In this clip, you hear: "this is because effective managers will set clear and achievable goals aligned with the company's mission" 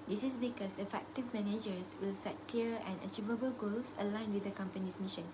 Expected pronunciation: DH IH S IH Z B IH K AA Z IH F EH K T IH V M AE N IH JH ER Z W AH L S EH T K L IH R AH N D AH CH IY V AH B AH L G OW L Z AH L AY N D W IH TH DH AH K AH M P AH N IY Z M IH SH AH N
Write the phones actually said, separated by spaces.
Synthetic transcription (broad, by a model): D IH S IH S B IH K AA S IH F EH K T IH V M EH N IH JH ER S W AH L S EH T K L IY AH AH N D AH CH IY V AH B AH L G OW L S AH L AY N W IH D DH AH K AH M P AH N IY S M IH SH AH N